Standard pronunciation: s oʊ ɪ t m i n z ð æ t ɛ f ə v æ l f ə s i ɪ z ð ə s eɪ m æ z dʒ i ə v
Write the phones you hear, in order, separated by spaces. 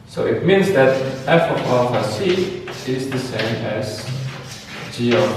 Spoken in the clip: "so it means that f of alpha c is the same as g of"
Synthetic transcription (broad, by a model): s oʊ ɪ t m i n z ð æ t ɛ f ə p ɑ f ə s i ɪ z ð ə s eɪ m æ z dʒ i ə